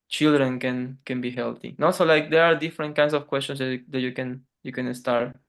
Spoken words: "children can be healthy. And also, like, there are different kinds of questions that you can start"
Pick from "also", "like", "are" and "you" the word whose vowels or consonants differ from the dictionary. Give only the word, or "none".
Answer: also